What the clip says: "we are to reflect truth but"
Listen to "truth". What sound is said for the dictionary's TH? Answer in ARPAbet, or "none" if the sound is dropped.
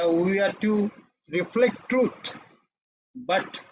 T